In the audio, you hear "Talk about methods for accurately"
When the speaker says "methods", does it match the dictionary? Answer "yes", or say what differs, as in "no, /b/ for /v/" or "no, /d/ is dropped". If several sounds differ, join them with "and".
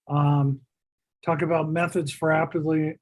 yes